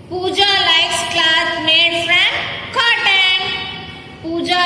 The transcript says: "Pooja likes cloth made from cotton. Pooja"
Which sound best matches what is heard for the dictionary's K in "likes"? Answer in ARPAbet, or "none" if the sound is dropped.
none